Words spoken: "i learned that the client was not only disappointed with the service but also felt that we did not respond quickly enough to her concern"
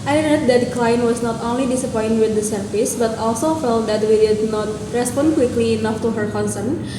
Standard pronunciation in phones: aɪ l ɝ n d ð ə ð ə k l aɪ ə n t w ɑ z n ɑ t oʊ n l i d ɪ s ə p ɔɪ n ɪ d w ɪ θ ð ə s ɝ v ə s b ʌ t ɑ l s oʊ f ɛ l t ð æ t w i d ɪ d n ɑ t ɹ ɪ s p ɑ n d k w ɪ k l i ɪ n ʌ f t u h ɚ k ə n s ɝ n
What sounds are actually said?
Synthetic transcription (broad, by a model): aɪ n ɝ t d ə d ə k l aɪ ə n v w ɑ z n ɑ t oʊ n l i d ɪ s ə p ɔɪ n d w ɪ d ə s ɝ f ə s b ʌ t ɑ l s oʊ f ɛ l t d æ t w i d ɪ d n ɑ t ɹ ɪ s p ɑ n d k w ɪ k l i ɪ n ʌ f t u h ɚ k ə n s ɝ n